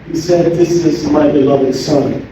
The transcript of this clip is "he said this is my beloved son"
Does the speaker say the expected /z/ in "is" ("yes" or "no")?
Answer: yes